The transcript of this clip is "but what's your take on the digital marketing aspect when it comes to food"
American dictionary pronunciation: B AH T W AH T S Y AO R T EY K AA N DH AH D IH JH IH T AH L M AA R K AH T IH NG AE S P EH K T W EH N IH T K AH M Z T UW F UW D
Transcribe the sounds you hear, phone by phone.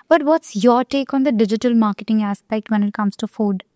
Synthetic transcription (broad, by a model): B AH T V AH T S Y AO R T EY K AA N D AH D IH JH IH T AH L M AA R K AH T IH NG AE S P EH K T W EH N IH T K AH M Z T UW F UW D